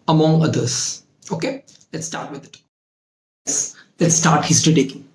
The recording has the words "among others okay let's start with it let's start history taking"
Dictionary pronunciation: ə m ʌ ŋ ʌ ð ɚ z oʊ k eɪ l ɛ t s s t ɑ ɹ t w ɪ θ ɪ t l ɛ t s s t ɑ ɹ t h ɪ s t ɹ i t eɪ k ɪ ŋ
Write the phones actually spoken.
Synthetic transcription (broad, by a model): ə m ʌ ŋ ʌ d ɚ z oʊ k eɪ l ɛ t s s t ɑ ɹ t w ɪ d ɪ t l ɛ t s s t ɑ ɹ t h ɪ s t i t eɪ